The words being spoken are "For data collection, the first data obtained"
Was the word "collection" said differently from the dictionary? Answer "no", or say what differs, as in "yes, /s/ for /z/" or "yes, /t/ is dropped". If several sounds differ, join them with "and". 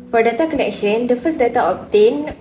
yes, /n/ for /l/